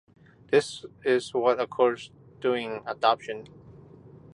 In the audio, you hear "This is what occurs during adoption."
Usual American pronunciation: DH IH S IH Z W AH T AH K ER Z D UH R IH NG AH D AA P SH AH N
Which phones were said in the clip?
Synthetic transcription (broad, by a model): DH IH S IH Z W AH T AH K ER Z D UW IH NG AH D AA P SH AH N